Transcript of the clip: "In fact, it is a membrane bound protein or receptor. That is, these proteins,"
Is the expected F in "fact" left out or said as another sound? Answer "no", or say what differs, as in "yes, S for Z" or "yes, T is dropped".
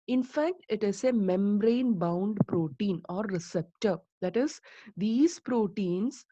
no